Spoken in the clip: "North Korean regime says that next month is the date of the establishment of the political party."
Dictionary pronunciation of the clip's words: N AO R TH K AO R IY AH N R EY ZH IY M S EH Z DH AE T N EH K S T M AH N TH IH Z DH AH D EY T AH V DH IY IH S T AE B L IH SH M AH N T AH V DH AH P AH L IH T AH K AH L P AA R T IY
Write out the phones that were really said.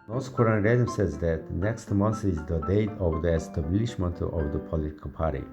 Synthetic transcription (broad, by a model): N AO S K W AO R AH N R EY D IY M S EH Z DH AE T N EH K S T M AH N TH IH Z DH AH D EY T AH V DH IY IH S T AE B L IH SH M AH N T AH V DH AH P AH L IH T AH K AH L P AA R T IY